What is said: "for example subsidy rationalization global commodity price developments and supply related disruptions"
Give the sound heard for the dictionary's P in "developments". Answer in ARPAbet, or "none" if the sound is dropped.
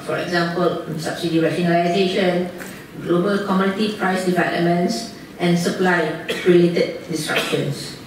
none